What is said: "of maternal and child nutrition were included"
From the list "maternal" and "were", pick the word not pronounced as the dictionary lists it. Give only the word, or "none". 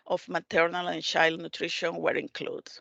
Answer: none